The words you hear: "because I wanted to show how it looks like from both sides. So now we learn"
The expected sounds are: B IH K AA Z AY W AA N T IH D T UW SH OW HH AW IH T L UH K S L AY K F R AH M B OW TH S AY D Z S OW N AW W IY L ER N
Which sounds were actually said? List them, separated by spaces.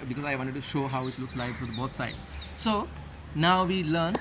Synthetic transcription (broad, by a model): B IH K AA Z AY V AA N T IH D T UW SH OW HH AW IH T L UH K S L AY K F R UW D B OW S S AY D S OW N AW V IY L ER N